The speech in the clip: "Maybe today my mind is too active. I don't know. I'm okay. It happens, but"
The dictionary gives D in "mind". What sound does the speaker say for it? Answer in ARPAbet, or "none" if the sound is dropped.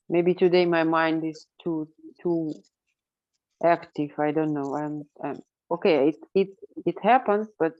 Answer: D